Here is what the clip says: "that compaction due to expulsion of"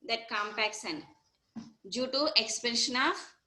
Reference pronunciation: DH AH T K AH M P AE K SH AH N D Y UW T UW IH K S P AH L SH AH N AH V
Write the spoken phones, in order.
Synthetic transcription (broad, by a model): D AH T K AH M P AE K S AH N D Y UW T UW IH K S P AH N SH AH N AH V